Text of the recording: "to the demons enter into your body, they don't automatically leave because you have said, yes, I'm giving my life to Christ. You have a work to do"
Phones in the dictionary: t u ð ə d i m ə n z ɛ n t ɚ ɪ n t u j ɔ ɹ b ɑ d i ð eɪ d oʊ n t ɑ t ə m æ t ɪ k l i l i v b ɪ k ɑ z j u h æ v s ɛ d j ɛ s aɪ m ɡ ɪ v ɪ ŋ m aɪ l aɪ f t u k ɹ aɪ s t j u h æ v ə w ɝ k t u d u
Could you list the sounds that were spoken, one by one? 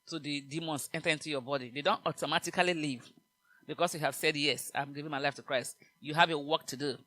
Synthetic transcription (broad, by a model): t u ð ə d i m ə n s ɛ n t ɚ ɪ n t u j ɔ b ɑ d i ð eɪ d oʊ n t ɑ t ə m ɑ t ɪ k l i l i v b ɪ k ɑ s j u h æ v s ɛ d j ɛ s aɪ m ɡ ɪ v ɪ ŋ m aɪ l aɪ f t u k ɹ aɪ s t j u h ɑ v ə w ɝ k t u d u